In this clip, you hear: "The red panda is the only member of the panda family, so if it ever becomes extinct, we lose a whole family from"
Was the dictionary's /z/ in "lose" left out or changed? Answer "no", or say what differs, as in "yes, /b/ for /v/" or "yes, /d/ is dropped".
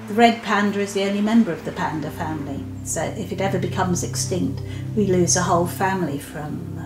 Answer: no